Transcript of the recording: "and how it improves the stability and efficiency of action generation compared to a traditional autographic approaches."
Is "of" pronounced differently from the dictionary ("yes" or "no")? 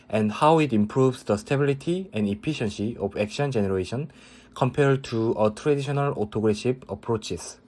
yes